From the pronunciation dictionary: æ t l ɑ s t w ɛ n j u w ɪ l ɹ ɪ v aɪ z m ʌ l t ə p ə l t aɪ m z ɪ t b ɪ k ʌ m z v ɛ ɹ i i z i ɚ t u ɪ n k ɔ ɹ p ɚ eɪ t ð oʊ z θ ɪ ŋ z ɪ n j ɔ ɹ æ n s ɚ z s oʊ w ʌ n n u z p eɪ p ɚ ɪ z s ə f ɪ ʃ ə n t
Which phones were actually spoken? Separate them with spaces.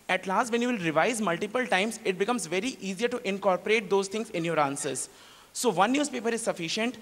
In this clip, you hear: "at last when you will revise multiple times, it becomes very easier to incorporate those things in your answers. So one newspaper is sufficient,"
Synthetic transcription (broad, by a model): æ t l ɑ s t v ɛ n j u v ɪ l ɹ ɪ v aɪ z m ʌ l t ə p ə l t aɪ m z ɪ t b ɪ k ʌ m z v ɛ ɹ i i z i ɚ t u ɪ n k ɔ ɹ p ɚ eɪ t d oʊ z t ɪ ŋ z ɪ n j ɔ ɹ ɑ n s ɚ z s oʊ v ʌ n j u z p eɪ p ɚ ɪ z s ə f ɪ ʃ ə n t